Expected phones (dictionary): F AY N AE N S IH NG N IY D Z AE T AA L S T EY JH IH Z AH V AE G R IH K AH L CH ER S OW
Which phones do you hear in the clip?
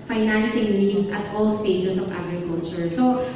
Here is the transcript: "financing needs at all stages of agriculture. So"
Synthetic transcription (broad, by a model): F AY N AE N S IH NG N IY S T T AA L S T EY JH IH S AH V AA G R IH K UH L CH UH S OW